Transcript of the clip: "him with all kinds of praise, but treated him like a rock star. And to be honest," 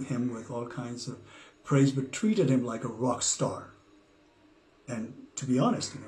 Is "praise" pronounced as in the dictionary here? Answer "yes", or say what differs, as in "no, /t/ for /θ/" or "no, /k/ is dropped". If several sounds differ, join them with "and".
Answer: yes